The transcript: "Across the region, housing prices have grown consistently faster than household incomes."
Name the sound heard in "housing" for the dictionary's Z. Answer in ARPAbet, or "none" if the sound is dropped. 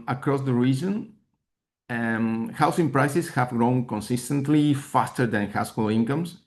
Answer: S